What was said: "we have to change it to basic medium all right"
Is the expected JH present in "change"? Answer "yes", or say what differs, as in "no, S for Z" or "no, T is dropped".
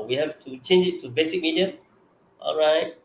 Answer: yes